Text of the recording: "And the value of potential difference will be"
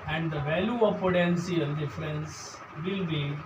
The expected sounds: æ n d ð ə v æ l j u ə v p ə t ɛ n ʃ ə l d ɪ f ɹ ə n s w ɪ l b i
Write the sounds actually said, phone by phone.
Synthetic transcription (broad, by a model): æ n d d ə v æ l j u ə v p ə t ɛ n s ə l d ɪ f ɹ ə n s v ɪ l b i